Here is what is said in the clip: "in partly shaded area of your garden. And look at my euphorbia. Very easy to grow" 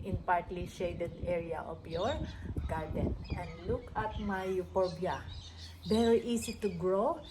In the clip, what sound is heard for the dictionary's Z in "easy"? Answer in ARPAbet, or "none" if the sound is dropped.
S